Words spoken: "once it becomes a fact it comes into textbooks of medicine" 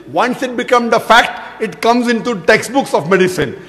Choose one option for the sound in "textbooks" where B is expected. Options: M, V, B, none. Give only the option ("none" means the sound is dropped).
B